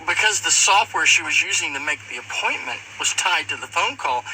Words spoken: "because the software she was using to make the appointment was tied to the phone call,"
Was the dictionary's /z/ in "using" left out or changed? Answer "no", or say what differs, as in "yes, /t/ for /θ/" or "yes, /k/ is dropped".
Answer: no